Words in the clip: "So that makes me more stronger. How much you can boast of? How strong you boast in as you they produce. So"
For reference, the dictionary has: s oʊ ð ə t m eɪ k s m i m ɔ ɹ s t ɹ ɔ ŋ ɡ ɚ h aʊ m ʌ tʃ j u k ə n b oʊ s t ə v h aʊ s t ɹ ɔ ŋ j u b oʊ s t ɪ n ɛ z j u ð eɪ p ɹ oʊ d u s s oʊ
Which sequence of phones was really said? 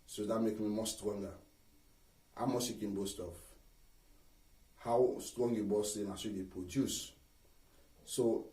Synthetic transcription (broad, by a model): s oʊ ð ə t m eɪ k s m i m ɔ s t ɹ ɔ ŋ ɡ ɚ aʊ m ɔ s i k ə n b oʊ s t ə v h aʊ s t ɹ ɔ ŋ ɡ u b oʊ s ɪ n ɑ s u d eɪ p ɹ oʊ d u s s oʊ